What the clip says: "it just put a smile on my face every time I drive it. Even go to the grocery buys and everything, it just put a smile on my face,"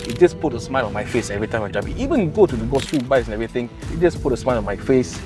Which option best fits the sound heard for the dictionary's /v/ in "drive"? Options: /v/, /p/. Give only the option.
/p/